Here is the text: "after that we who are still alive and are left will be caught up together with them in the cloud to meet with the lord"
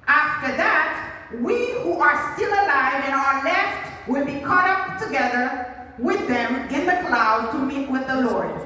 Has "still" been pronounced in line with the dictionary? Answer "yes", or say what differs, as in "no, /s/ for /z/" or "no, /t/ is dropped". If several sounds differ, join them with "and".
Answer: yes